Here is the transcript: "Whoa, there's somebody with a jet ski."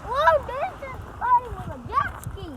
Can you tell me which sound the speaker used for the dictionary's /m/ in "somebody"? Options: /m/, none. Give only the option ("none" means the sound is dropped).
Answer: none